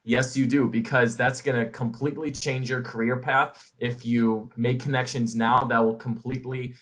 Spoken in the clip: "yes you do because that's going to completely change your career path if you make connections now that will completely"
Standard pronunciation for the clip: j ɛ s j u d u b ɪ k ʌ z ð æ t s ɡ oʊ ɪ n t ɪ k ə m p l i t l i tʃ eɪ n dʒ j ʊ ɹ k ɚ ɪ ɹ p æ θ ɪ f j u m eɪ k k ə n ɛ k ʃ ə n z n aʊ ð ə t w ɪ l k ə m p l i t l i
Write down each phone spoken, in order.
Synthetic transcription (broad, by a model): j ɛ s j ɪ d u b ɪ k ʌ z ð æ t s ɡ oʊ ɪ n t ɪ k ə m p l i t l i tʃ eɪ n dʒ j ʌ ɹ k ɚ ɪ ɹ p æ θ ɪ f j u m eɪ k k ə n ɛ k ʃ ə n z n aʊ ð ə t w ɪ l k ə m p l i t l i